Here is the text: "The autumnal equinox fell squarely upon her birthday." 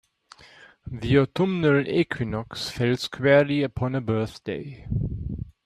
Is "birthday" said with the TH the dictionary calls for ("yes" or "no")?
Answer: yes